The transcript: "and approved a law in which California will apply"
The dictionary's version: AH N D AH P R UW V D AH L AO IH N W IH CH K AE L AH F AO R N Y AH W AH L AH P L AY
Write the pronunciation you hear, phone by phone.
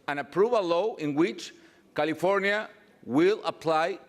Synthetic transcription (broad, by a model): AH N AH P R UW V AH L AO IH N W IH CH K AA L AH F AO R N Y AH W AH L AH P L AY